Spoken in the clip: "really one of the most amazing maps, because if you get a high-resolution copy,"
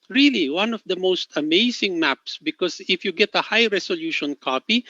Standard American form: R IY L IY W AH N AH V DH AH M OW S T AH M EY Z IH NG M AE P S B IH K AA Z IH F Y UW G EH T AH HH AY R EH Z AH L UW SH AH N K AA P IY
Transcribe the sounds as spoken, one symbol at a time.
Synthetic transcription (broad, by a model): R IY L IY W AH N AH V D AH M OW S T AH M EY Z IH NG M AE P S B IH K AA S IH F Y UW G EH T AH HH AY R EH S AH L UW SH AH N K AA P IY